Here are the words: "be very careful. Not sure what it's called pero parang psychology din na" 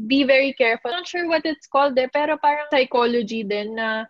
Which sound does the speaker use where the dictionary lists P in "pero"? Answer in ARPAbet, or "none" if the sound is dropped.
P